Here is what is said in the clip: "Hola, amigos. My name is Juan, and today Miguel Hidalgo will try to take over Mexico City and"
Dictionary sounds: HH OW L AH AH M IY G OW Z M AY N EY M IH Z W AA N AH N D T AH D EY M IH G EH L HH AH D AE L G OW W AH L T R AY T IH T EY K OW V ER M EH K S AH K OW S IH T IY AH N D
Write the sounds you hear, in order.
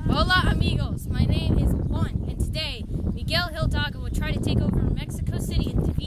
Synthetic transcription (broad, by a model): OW L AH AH M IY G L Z M AY N EY M IH Z W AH N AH N T AH D EY M IH G EH L HH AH D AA G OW W AH L T R AY T IH T EY K OW V ER M EH K S AH K OW S IH T IY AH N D